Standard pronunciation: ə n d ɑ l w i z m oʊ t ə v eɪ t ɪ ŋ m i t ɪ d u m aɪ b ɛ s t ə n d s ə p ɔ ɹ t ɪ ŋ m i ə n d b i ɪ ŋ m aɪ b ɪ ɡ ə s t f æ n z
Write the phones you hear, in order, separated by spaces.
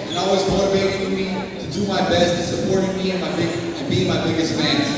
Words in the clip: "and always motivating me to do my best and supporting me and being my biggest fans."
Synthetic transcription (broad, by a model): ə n ɑ l w i z m oʊ t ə v eɪ t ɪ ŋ m i t ɪ d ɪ m aɪ b ɛ s t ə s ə p ɔ ɹ t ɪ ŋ m i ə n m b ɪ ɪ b m aɪ b ɪ ɡ ə s t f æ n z